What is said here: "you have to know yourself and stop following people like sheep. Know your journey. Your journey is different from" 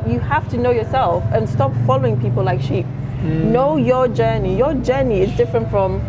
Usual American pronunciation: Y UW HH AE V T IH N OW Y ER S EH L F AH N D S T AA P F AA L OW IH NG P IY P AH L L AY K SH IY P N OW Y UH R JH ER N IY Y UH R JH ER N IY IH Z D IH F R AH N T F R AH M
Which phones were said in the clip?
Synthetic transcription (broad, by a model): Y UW HH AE F T IH N OW Y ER S EH L F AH N S T AA P F AA L OW IH NG P IY P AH L L AY K SH IY P N OW Y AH R JH ER N IY Y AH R JH ER N IY IH Z D IH F R AH N T F R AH M